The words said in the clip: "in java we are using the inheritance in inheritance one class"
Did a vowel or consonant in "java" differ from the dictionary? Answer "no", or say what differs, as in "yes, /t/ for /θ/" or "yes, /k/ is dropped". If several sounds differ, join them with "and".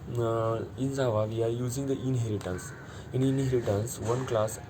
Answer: yes, /z/ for /dʒ/